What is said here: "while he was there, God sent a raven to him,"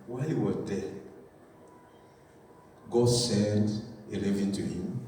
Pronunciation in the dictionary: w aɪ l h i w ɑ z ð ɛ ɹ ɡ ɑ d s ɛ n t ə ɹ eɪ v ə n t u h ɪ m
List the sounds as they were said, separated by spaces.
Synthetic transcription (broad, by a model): w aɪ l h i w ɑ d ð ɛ ɡ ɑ s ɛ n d ə l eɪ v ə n t u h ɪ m